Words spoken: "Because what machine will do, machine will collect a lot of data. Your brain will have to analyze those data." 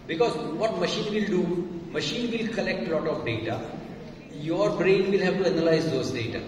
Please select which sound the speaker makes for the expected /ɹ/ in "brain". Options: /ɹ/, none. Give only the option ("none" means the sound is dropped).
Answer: /ɹ/